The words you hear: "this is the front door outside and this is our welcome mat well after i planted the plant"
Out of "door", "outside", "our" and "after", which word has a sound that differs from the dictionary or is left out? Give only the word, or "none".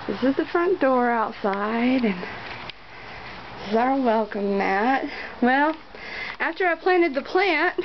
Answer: none